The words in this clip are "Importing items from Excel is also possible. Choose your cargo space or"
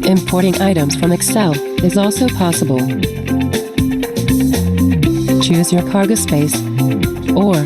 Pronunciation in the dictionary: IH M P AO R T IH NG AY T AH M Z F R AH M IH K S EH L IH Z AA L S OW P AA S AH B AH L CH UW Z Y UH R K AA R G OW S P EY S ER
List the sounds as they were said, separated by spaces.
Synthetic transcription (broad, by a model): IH M P AO R T IH NG AY T AH M Z F R AH M IH K S EH L IH Z AA L S OW P AA S AH B AH L CH UW Z Y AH R K AA R G OW S P EY S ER